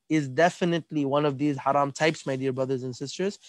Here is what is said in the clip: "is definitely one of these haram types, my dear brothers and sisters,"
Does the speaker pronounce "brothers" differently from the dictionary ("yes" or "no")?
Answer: no